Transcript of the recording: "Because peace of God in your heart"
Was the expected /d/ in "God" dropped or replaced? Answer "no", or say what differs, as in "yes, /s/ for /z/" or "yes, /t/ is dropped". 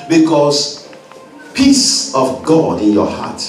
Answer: no